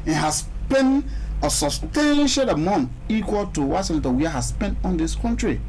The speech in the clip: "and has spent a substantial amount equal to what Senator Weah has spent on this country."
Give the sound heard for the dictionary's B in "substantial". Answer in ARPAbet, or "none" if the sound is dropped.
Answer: none